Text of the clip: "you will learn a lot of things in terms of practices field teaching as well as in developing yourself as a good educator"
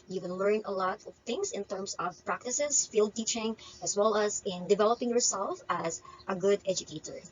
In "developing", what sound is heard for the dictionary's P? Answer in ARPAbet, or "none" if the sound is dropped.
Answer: P